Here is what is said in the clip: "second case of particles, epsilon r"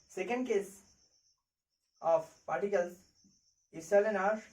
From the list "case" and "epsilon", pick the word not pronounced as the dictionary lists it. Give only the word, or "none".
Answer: epsilon